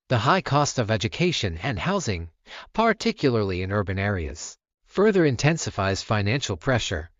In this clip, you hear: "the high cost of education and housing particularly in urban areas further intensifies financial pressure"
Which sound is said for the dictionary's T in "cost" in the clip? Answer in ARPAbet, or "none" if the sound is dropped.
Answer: T